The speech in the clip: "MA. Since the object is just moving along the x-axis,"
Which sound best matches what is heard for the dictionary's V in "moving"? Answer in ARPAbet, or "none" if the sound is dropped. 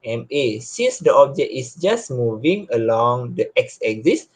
V